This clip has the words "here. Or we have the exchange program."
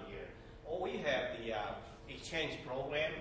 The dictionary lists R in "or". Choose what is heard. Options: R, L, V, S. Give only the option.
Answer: L